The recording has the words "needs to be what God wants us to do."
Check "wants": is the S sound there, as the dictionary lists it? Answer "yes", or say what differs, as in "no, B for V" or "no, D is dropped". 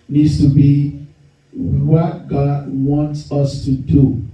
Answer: yes